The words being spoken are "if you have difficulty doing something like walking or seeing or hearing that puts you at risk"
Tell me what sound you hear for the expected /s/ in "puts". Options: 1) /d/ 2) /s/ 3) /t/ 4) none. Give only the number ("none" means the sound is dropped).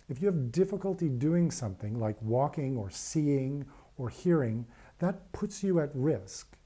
2